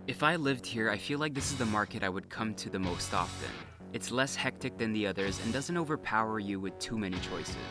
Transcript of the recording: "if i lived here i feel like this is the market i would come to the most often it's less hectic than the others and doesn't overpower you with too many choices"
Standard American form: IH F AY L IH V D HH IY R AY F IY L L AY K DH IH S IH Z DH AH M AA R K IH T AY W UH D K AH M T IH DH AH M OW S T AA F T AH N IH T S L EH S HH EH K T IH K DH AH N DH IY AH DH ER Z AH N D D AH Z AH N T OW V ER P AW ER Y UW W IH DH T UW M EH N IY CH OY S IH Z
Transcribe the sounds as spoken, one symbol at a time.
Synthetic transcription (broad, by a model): IH F AY L IH V D HH IY R AY F IY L L AY K DH IH S IH Z DH AH M AA R K IH T AY W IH D K AH M T IH DH AH M OW S T AA F T AH N IH T S L EH S HH EH K T IH K DH AH N DH IY AH DH ER Z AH N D D AH Z AH N T OW V ER P AW ER Y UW W IH DH T UW M EH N IY CH OY S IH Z